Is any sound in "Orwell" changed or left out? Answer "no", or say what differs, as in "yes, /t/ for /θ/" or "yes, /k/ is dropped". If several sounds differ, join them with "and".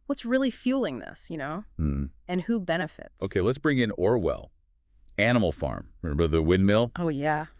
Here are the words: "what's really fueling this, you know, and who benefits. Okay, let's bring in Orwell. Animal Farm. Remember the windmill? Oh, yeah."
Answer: no